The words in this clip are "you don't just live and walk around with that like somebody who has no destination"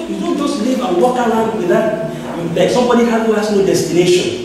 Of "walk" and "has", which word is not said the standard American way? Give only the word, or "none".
has